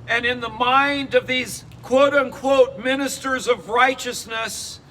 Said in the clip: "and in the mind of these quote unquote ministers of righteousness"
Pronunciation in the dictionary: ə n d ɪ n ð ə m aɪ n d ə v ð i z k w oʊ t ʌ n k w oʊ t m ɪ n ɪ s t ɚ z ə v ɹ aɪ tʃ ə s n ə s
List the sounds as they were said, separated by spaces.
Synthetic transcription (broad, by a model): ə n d ɪ n ð ə m aɪ n d ə v ð i z k w oʊ t ʌ n k w oʊ t m ɪ n ɪ s t ɚ z ə v ɹ aɪ tʃ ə s n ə s